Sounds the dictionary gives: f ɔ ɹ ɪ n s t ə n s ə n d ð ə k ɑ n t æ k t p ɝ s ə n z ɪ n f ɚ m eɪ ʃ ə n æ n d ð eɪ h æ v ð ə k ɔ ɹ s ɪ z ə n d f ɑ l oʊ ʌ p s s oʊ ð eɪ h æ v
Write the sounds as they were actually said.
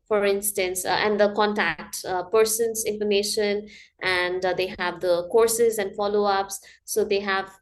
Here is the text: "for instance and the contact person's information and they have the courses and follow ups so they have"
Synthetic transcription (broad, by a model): f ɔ ɹ ɪ n s t ə n s ə n d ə k ɑ n t æ k t p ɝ s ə n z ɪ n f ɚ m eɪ ʃ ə n æ n d eɪ h æ v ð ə k ɔ ɹ s ɪ z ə n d f ɑ l oʊ ʌ p s s oʊ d eɪ h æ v